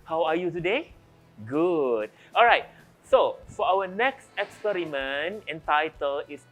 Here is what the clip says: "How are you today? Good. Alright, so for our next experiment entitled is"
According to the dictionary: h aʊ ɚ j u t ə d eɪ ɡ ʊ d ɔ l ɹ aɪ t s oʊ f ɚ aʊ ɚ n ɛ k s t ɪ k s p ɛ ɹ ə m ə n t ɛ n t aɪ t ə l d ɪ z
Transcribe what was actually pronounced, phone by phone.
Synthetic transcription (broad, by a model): h aʊ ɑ j u t ə d eɪ ɡ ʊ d ɔ l ɹ aɪ t s oʊ f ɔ aʊ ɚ n ɛ k s t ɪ k s p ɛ ɹ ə m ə n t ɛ n t aɪ t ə l ɪ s